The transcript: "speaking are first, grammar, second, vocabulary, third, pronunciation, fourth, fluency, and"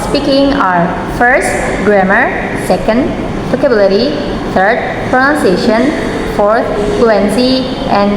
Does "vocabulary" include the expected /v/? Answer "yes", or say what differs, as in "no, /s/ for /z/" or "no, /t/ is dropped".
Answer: no, /p/ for /v/